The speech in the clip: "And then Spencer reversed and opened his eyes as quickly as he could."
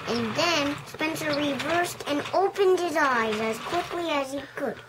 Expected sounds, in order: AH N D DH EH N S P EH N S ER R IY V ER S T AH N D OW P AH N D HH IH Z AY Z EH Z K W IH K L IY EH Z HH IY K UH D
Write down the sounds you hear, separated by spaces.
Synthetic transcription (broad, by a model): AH N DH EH N S P EH N S ER R IY V ER S T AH N OW P AH N D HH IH Z AY Z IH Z K W IH K L IY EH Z HH IY K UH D